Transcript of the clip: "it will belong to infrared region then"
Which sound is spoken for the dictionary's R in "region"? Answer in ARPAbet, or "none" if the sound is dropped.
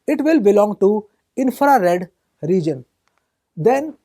R